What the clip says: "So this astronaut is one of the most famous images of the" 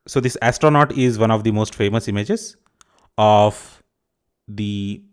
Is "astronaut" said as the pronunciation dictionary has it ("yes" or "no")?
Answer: yes